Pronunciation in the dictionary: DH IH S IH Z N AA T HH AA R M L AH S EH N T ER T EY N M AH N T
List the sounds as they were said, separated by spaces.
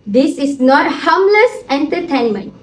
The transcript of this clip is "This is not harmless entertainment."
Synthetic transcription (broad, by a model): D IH S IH S N AA T HH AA M L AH S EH N T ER T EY N M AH N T